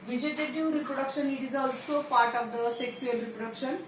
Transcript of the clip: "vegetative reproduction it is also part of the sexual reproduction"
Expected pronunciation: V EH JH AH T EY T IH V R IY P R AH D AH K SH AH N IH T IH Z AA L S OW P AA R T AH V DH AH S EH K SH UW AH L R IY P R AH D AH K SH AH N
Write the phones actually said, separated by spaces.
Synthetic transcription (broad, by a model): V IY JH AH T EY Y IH R IY P R AH D AH K SH AH N IH T IH Z AA L S OW P AA R T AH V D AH S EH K S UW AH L R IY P R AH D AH K SH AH N